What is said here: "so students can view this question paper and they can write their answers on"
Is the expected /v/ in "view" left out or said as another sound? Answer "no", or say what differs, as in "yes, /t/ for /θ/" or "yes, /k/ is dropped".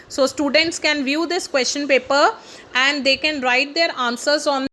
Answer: no